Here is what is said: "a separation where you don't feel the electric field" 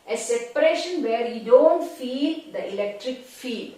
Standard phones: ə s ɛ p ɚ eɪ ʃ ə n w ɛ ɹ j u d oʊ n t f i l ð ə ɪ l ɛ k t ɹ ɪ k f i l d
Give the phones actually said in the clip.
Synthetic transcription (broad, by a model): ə s ɛ p ɚ eɪ ʃ ə n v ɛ ɹ j u d oʊ n t f i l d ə ɪ l ɛ k t ɹ ɪ k f i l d